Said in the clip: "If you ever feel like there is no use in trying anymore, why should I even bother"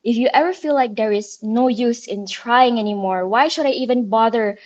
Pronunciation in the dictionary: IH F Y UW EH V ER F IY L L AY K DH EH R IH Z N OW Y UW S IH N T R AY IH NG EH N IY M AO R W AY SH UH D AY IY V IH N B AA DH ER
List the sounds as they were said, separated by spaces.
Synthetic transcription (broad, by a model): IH F Y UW EH V ER F IY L L AY K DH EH R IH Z N OW Y UW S IH N T R AY IH NG EH N IY M AO R W AY SH UH D AY IY V IH N B AA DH ER